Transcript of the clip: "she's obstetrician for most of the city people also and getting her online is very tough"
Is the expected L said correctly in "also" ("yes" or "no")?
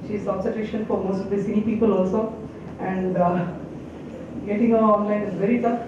yes